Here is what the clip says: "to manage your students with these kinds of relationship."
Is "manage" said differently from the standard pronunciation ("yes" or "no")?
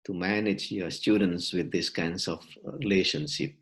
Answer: no